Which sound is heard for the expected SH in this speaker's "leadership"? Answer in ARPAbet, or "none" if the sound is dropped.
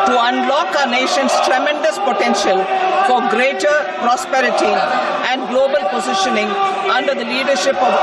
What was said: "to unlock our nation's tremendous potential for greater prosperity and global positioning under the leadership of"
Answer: SH